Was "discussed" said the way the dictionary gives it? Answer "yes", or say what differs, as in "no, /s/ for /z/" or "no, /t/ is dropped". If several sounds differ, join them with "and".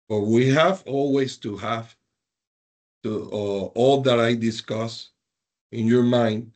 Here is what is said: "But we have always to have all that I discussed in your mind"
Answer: no, /t/ is dropped